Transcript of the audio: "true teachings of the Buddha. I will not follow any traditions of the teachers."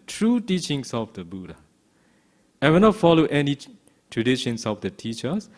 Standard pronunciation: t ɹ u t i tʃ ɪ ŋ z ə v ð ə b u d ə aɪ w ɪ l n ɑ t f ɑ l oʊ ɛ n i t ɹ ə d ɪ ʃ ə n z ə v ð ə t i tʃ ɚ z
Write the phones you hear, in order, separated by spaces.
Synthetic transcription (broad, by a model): t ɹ u t i tʃ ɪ ŋ s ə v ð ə b u d ə aɪ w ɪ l n ɑ t f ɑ l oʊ ɛ n i t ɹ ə d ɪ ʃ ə n s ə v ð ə t i tʃ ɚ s